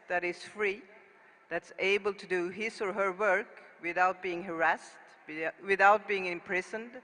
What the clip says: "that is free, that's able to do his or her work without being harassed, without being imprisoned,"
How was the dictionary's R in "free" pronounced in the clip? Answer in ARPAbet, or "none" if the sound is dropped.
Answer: R